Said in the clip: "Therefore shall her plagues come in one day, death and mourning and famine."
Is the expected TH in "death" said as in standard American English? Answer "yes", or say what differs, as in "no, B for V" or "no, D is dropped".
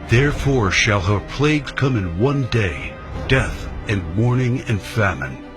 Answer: yes